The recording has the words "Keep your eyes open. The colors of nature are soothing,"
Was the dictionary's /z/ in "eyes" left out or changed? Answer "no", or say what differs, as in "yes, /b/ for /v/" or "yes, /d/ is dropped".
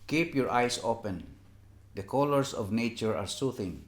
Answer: yes, /s/ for /z/